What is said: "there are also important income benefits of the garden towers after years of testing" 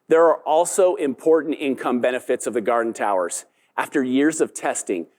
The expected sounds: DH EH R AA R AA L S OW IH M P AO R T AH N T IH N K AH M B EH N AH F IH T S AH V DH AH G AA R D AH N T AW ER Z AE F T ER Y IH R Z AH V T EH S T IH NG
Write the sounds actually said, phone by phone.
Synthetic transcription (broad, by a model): DH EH R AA R AA L S OW IH M P AO R T N T IH N K AH M B EH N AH F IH T S AH V DH AH G AA R D N T AW ER Z AE F T ER Y IH R Z AH V T EH S T IH NG